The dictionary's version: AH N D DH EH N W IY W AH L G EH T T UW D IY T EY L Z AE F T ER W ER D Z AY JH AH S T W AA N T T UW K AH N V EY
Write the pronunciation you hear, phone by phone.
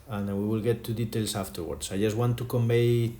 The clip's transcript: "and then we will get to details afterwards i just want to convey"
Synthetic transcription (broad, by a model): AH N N W IY W AH L G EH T T UW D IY T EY L S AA F T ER W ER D S AY JH AH S T W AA N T T UW K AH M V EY